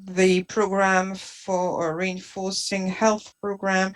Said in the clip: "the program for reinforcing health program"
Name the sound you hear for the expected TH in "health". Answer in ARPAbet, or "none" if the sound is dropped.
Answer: TH